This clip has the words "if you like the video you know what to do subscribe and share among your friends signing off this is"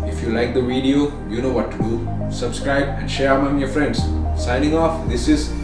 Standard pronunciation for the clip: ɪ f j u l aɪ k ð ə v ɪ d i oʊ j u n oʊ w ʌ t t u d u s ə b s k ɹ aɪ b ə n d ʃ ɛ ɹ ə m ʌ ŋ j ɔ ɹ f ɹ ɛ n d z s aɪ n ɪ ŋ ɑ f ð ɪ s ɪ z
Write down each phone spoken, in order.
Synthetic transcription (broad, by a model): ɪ f j u l aɪ k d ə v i d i oʊ j u n oʊ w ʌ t t u d u s ə b s k ɹ aɪ b ə n d ʃ ɛ ɹ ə m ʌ ŋ j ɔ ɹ f ɹ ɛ n d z s aɪ n ɪ ŋ ɑ f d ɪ s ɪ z